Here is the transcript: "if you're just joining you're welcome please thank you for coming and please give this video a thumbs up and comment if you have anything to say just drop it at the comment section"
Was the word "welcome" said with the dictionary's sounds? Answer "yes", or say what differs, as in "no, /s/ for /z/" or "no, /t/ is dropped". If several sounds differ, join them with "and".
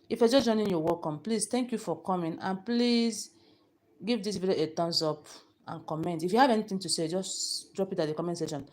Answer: no, /l/ is dropped